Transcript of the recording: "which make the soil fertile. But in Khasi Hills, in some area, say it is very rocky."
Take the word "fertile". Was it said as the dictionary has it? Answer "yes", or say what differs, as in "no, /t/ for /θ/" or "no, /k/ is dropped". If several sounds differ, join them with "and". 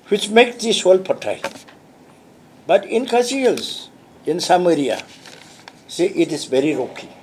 no, /p/ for /f/